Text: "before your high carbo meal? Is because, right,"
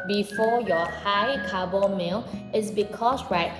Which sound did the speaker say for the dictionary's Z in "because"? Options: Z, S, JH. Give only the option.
S